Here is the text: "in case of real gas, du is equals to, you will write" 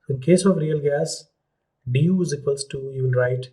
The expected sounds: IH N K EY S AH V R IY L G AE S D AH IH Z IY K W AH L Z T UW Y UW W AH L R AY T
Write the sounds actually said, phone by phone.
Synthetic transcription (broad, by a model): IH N K EY S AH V R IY L G AE S D AH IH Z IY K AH L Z T UW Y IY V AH N R AY T